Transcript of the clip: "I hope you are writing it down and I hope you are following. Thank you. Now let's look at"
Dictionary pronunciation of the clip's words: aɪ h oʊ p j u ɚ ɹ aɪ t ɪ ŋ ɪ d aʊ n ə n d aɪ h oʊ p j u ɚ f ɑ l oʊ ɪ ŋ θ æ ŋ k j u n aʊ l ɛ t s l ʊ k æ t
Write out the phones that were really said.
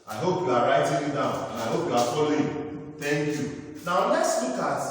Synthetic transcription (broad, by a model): aɪ h oʊ p j u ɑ ɹ aɪ t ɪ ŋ ɪ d aʊ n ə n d aɪ h oʊ p j u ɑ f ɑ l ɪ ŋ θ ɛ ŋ k j u n aʊ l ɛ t s w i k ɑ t